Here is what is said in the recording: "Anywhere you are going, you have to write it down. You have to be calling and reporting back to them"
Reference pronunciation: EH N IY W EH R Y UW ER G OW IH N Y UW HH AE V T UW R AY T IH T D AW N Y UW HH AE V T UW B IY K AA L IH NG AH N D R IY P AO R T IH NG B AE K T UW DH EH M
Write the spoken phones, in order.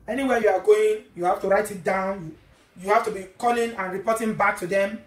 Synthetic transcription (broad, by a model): EH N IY W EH Y UW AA G OW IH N Y UW HH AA F T UW R AY T IH T D AW N Y UW HH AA F T UW B IY K AA L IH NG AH N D R IY P AO T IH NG B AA K T UW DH EH M